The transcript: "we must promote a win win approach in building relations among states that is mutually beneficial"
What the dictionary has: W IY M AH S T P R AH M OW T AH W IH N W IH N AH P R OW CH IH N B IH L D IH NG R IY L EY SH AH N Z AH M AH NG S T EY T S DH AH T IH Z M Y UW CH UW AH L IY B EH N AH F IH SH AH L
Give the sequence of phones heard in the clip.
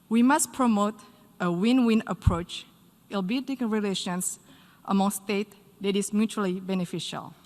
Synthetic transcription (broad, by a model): W IY M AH S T P R AH M OW T AH W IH N W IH N AH P R OW CH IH L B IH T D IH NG R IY L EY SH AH N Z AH M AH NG S T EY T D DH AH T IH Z M Y UW CH UW AH L IY B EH N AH F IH SH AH L